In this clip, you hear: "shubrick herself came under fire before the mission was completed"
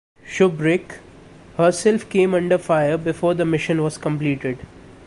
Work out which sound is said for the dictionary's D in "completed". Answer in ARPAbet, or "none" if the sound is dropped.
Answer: D